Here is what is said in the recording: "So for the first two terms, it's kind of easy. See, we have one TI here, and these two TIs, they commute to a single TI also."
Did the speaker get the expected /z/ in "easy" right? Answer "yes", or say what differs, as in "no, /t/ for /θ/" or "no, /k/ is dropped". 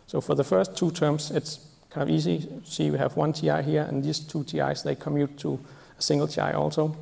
no, /s/ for /z/